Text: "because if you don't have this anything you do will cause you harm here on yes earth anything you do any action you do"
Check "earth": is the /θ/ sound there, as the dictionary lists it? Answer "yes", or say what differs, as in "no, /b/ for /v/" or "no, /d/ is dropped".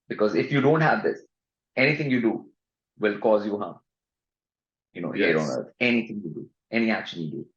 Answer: no, /t/ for /θ/